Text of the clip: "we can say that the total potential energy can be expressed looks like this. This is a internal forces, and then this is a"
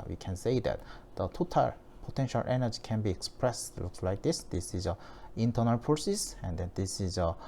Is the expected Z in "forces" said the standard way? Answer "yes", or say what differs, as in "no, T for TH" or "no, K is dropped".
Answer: no, S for Z